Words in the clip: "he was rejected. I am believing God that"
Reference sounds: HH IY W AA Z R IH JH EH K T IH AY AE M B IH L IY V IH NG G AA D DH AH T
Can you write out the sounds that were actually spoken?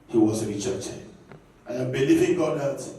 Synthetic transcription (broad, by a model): HH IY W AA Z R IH CH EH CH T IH AY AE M B IH L IY V IH NG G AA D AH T